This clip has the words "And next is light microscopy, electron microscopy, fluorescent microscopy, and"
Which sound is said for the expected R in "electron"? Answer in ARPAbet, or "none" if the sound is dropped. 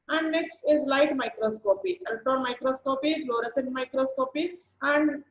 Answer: none